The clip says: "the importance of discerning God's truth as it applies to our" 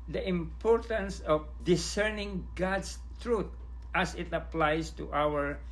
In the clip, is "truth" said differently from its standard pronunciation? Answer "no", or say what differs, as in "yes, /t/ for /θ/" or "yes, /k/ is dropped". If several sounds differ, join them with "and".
yes, /t/ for /θ/